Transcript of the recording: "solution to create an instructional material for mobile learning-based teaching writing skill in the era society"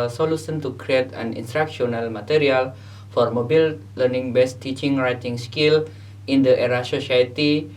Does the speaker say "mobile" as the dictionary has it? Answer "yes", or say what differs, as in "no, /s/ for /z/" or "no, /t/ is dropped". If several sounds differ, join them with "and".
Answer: yes